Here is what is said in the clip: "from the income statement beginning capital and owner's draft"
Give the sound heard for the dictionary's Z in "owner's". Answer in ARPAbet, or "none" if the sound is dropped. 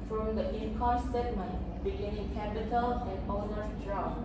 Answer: none